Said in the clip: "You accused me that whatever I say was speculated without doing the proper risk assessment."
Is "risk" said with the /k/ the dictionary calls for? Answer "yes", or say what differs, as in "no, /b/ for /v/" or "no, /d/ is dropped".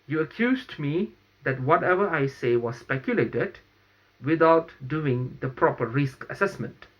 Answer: yes